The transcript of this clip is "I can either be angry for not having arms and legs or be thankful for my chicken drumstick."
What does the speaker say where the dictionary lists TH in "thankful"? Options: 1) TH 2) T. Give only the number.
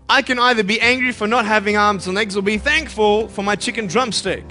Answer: 1